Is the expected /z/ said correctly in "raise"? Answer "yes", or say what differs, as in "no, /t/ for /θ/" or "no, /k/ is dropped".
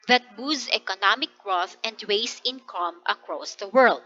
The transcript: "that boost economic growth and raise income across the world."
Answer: no, /s/ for /z/